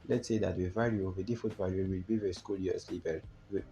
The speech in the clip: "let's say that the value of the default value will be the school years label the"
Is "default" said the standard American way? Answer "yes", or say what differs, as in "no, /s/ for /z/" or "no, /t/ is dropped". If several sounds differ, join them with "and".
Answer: no, /l/ is dropped